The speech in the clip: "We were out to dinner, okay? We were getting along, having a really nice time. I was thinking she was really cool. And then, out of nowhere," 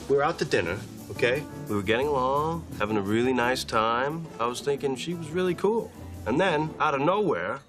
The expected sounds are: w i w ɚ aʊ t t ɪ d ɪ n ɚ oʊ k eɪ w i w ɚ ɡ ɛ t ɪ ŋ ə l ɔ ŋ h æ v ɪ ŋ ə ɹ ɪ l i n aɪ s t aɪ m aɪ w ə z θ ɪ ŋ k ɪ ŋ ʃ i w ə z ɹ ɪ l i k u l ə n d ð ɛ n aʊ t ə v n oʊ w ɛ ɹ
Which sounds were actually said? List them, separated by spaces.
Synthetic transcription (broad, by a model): w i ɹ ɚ aʊ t t ɪ d ɪ n ɚ oʊ k eɪ w i w ɚ ɡ ɛ t ɪ ŋ ə l ɔ ŋ h æ v ɪ ŋ ə ɹ ɪ l i n aɪ s t aɪ m aɪ w ə z θ ɪ ŋ k ɪ ŋ ʃ i w ə z ɹ ɪ l i k u l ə n ð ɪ n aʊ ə n oʊ w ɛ ɹ